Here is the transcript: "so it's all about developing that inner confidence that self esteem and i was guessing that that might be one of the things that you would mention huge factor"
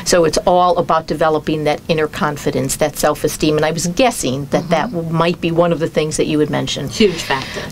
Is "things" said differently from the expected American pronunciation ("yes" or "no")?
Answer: no